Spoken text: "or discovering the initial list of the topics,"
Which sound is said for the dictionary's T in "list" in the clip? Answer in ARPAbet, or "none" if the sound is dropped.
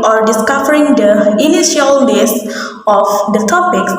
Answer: none